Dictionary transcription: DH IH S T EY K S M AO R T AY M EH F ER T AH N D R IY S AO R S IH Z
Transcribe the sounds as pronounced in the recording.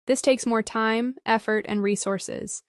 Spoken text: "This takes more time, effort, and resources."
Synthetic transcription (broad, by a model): DH IH S T EY K S M AO R T AY M EH F ER T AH N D R IY S AO R S IH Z